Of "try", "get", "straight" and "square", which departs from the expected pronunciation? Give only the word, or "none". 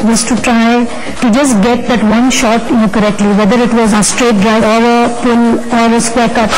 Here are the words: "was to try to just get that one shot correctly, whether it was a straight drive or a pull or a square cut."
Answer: none